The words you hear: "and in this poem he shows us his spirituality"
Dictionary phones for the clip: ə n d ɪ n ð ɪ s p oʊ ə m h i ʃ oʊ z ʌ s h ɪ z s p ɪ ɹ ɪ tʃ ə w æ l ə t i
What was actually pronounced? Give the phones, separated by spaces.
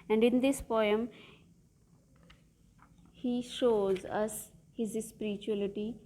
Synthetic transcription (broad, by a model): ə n d ɪ n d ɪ s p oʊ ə m h i ʃ oʊ z ʌ s h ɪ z s p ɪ ɹ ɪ tʃ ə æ l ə t i